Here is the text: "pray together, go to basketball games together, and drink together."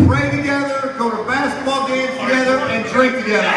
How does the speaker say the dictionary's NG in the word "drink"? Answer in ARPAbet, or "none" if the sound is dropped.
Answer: none